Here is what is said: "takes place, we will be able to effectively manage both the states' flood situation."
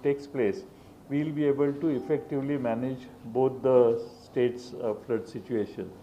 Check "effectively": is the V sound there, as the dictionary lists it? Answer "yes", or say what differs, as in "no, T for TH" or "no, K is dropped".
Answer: yes